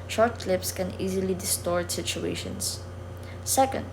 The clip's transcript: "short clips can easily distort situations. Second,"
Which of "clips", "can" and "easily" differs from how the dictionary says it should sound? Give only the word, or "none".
none